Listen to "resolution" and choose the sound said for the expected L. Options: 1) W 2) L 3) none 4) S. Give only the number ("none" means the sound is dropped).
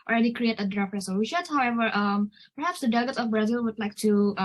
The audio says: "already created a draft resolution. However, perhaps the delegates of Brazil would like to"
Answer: 1